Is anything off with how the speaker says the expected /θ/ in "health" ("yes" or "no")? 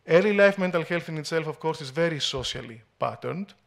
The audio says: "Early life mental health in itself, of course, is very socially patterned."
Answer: no